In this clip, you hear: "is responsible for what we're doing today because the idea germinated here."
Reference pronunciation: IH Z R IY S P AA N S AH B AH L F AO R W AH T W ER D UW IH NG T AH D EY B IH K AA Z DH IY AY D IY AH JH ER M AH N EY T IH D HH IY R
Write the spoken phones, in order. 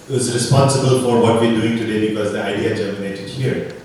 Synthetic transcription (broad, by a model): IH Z R IY S P AA N S AH B AH L F AO R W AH T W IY D UW IH NG T AH D EY B IH K AA Z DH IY AY D IY AH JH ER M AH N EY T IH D HH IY R